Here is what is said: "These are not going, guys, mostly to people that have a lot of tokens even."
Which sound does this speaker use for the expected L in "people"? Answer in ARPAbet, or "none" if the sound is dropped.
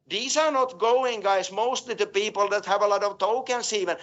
L